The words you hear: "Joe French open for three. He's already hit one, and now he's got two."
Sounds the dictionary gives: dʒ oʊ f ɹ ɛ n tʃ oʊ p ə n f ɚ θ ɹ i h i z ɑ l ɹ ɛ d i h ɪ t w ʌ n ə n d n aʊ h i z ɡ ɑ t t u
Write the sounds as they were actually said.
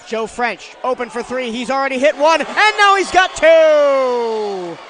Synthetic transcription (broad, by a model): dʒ oʊ f ɹ ɛ n tʃ oʊ p ə n f ɚ θ ɹ i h i z l ɹ ɛ d i h ɪ t w ʌ n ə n n aʊ h i z ɡ ɑ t t u